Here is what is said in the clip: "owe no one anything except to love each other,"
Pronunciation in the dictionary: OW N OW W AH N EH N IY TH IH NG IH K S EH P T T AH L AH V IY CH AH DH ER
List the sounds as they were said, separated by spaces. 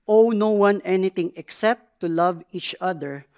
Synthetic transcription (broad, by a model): OW N OW W AH N EH N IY T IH NG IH K S EH P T T AH L AH V IY CH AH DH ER